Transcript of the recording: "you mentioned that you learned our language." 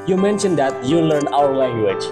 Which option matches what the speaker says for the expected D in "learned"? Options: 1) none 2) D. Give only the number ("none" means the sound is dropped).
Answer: 1